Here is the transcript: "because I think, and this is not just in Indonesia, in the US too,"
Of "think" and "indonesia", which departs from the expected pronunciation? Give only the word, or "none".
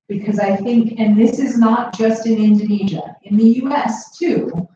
none